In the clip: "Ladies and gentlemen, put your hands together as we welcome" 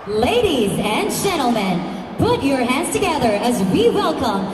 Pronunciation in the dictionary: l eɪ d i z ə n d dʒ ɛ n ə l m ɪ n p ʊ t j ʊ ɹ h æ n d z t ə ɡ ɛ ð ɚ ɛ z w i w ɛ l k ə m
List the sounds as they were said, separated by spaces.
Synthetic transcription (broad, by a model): l eɪ d i z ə n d dʒ ɛ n l m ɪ n p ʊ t j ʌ ɹ h æ n d z t ə ɡ ɛ ð ɚ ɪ z w i w ɛ l k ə m